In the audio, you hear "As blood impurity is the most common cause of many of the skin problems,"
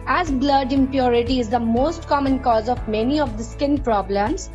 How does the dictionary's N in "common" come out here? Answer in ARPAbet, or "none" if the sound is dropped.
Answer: N